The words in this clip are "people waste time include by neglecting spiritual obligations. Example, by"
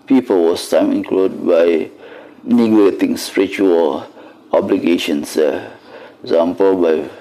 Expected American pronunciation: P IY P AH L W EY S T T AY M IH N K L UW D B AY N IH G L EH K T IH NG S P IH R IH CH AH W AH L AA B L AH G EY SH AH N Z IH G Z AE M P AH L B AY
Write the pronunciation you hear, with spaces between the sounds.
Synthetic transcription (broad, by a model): P IY P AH L W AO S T T AY M IH N K L UW D B AY N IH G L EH T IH NG S P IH R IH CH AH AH L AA B L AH G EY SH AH N S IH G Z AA M P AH L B AY